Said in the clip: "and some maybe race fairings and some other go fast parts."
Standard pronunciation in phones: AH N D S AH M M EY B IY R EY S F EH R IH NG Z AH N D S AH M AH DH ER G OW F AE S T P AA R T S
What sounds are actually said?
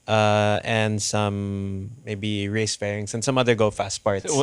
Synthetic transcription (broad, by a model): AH N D S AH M M EY B IY R EY S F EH R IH NG S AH N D S AH M AH DH ER G OW F AE S T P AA R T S